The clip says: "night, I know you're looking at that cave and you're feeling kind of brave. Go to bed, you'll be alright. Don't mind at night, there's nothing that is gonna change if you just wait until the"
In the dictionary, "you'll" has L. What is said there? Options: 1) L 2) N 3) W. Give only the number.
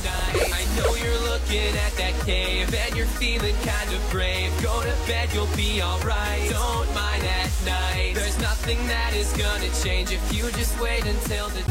1